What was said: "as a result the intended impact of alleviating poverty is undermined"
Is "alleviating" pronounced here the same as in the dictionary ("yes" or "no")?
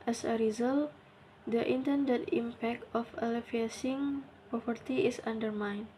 no